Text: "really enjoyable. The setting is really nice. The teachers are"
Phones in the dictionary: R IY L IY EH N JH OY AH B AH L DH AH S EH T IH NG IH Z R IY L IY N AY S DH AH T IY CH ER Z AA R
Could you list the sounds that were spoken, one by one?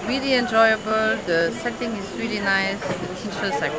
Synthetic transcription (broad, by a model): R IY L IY EH N JH OY AH B AH L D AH S EH T IH NG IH S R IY L IY N AY S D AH T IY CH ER S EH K